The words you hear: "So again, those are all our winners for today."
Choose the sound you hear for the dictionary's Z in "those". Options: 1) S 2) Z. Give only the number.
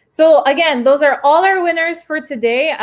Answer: 2